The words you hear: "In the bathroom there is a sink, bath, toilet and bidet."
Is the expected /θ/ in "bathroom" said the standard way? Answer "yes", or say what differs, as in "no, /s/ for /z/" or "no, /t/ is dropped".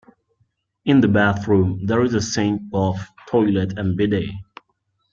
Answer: yes